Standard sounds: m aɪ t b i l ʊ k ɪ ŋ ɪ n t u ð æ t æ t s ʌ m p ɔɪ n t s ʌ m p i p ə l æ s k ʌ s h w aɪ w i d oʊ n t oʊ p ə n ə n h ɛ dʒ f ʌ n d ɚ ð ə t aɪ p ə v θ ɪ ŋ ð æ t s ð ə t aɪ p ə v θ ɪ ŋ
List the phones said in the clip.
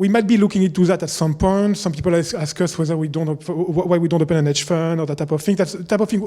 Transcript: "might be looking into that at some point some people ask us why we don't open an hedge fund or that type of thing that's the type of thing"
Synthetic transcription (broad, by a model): m aɪ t b i l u k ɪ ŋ ɪ n t u ð æ t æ t s ʌ m p ɔɪ n t s ʌ m p i p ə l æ s k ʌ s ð w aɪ w i d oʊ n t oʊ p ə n ə n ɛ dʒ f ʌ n ɚ ð ə t aɪ p ə v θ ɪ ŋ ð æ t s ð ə t aɪ p ə v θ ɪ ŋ